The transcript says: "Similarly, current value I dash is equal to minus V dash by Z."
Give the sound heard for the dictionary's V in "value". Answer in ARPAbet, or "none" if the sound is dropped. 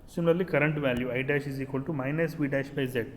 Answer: V